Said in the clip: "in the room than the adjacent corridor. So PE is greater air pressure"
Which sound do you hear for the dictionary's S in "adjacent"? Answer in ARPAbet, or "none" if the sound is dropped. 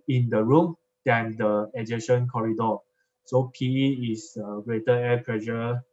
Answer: SH